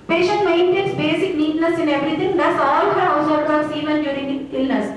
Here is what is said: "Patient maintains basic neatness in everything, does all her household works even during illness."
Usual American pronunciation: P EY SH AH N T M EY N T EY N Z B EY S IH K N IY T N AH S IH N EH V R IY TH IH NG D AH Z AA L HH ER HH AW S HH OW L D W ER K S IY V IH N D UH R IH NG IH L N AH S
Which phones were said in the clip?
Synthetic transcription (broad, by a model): P EY SH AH N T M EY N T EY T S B EY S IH K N IY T N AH S IH N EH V R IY T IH NG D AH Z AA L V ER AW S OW D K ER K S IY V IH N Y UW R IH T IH L N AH S